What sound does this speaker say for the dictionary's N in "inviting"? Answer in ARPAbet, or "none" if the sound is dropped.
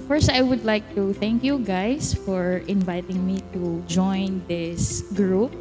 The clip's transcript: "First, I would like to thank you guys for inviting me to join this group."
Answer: N